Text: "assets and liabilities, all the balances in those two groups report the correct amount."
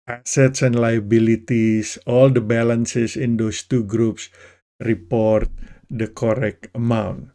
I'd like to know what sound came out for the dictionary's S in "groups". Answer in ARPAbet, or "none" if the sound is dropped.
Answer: S